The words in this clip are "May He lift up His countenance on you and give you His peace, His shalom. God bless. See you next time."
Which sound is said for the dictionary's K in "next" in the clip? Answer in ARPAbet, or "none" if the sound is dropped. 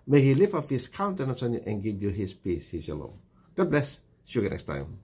K